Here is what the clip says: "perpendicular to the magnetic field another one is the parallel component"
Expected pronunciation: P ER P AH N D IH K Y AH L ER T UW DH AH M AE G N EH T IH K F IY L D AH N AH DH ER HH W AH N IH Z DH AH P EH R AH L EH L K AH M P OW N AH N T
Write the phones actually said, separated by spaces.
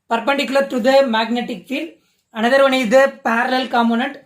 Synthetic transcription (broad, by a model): P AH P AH N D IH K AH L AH T UW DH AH M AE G N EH T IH K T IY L AH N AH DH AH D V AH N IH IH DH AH P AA R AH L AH L K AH M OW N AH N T